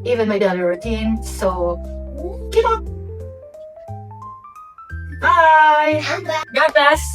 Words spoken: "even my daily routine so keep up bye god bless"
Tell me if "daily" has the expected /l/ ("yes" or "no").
no